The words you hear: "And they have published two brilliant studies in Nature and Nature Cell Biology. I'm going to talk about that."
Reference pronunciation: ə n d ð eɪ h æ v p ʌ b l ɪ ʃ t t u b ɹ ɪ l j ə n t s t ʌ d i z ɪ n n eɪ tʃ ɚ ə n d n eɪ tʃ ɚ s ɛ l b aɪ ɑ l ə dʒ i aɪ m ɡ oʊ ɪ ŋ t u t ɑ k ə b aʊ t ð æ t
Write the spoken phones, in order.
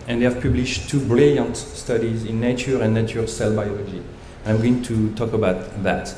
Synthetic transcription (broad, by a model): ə n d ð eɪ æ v p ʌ b l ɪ ʃ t t u b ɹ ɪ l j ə n t s t ʌ d i z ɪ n n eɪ tʃ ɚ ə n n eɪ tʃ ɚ s ɛ l b aɪ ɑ l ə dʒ i aɪ m ɡ oʊ ɪ ŋ t u t ɑ k ə b aʊ t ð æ t